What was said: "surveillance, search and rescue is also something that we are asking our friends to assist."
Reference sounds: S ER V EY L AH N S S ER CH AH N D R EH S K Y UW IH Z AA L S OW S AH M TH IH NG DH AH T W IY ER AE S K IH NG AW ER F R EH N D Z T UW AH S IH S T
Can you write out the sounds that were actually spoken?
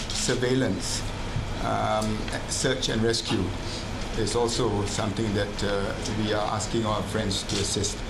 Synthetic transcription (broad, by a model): S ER V EY L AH N S S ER CH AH N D R EH S K Y UW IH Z AA L S OW S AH M T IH NG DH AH T W IY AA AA S K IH NG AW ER F R EH N D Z T UW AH S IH S T